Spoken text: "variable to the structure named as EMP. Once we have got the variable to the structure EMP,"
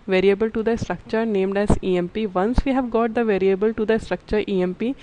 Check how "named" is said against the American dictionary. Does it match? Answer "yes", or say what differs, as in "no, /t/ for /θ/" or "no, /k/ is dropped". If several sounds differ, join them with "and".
yes